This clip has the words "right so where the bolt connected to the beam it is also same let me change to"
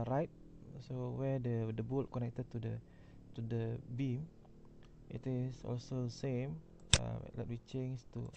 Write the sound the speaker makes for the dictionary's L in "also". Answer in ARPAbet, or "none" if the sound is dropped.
L